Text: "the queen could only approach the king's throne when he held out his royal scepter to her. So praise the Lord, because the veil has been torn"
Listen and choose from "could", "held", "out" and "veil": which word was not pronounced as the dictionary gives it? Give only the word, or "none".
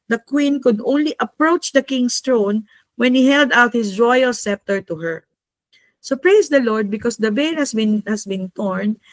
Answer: veil